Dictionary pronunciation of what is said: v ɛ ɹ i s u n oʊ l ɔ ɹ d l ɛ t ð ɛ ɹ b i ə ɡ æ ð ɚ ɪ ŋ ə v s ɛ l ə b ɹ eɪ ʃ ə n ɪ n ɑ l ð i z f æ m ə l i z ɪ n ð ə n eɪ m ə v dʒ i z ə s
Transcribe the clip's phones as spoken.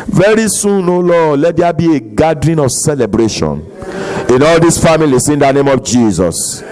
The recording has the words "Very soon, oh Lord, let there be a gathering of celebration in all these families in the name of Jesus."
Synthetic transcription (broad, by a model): v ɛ ɹ i s u n oʊ l ɔ l ɛ t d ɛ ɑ b i ə ɡ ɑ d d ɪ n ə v s ɛ l ə b ɹ eɪ ʃ ə n ɪ n ɑ l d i s f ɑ m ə l i s ɪ n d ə n eɪ m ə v dʒ i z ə s